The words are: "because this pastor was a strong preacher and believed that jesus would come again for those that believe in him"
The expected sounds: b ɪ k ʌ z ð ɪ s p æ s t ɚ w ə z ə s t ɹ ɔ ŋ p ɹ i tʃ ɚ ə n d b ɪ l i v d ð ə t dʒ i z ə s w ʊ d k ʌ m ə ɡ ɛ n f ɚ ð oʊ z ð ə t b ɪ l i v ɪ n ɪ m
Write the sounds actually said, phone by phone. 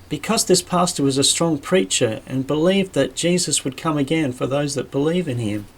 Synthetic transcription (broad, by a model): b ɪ k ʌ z ð ɪ s p æ s t ɚ w ə z ə s t ɹ ɔ ŋ p ɹ i tʃ ɚ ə n b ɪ l i v ð ə t dʒ i z ə s w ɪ d k ʌ m ə ɡ ɛ n f ɚ ð oʊ z ð ə t b ɪ l i v ɪ n ɪ m